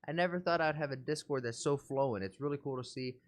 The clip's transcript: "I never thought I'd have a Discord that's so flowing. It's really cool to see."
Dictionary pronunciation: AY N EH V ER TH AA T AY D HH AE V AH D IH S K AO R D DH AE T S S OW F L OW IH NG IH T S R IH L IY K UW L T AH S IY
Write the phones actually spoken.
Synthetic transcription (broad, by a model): AY N EH V ER TH AA T AY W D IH V AH D IH S K AO R D DH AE T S S OW F L OW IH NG IH T S R IH L IY K UW L T AH S IY